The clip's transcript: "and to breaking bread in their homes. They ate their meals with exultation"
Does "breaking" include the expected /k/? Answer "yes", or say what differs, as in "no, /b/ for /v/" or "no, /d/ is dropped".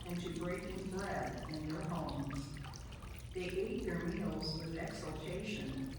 no, /k/ is dropped